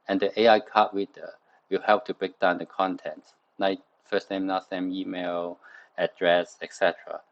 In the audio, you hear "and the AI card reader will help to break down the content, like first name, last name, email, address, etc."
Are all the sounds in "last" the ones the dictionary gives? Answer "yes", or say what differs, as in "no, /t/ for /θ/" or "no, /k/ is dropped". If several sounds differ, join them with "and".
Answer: no, /n/ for /l/